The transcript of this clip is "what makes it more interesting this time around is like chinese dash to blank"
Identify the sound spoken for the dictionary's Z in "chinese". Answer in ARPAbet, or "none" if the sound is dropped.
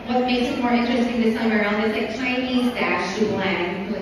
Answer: Z